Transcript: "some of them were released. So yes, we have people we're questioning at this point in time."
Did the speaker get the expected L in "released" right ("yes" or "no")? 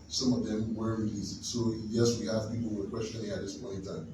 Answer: no